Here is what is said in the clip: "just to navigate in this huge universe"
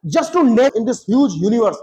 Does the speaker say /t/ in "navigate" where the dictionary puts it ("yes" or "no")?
no